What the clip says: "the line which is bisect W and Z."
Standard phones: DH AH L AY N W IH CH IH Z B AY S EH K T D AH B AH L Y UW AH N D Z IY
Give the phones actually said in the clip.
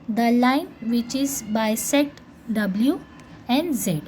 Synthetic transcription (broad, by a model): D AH L AY N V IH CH IH Z B AY S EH T D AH B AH L Y UW AH N D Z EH